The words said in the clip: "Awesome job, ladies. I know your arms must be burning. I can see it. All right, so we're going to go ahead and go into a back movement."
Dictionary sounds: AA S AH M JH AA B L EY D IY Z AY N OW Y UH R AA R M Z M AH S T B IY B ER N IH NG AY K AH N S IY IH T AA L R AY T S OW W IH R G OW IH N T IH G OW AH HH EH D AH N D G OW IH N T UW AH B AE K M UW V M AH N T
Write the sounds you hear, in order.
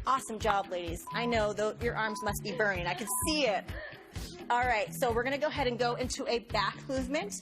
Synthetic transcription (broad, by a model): AA S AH M JH AA B L EY D IY Z AY N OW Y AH R AA R M Z M AH S T B IY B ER IH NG AY K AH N S IY IH T AA L R AY T S OW W IH R G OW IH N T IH G OW AH HH EH D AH N G OW IH N T UW AH B AE K M UW V M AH N T